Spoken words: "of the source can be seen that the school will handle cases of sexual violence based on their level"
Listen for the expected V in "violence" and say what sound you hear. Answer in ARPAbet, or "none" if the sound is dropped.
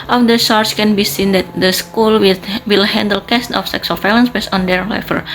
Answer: F